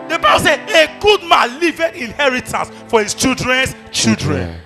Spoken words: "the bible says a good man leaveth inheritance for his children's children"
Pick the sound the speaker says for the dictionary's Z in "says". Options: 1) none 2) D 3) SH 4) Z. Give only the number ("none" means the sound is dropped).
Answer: 1